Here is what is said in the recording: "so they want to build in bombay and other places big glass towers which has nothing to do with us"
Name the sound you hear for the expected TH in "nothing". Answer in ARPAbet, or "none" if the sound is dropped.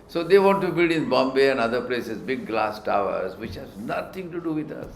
T